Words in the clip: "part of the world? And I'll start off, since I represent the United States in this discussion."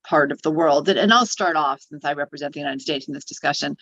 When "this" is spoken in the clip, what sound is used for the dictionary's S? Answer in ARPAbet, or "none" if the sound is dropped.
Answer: S